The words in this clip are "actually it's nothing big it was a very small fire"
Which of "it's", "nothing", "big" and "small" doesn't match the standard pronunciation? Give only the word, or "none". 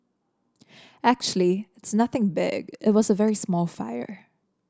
none